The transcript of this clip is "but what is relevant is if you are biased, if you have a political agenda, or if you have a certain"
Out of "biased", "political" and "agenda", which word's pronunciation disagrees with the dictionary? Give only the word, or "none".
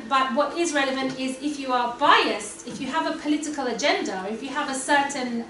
none